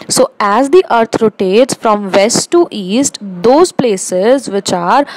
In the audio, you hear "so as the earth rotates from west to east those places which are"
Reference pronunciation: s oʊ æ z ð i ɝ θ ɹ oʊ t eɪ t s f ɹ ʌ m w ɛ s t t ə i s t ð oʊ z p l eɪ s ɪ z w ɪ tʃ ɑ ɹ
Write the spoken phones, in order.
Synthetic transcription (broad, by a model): s oʊ æ z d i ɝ t ɹ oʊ t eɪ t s f ɹ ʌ m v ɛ s t t i s t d oʊ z p l eɪ s ɪ z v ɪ tʃ ɑ ɹ